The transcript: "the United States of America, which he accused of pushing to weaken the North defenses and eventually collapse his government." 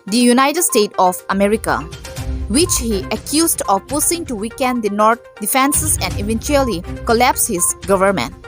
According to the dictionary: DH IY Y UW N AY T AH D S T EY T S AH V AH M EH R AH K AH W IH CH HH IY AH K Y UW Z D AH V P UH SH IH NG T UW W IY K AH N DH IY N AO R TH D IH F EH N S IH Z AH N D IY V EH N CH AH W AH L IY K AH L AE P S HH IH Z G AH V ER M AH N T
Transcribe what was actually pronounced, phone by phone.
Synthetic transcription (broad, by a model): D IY Y UW N AY T AH D S T EY T AH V AH M EH R AH K AH W IH CH HH IY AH K Y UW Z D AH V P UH S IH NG T UW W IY K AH N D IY N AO R T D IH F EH N S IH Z AH N D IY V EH N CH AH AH L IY K AH L AE P S HH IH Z G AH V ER M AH N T